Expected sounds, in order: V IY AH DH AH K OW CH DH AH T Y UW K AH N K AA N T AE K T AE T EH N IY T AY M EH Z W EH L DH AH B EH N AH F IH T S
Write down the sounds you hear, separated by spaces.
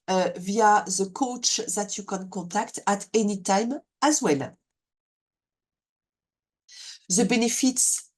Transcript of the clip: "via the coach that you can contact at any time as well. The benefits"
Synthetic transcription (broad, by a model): V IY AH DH AH K OW CH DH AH T Y UW K AH N K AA T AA K T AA T EH N IY T AY M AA Z W EH L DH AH B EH N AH F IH T S